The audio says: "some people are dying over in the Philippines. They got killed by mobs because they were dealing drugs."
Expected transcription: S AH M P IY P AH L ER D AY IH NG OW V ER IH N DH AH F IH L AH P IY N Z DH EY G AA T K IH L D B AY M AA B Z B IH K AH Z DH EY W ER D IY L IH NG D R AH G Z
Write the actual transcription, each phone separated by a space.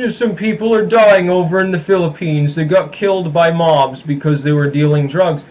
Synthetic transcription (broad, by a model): S AH M P IY P L ER D AY IH NG OW V ER IH N DH AH F IH L AH P IY N Z DH EY G AA T K IH L D B AY M AA B Z B IH K AH Z DH EY W ER D IY L IH NG D R AH G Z